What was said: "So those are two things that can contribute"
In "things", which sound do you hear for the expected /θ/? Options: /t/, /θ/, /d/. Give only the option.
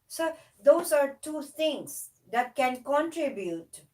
/t/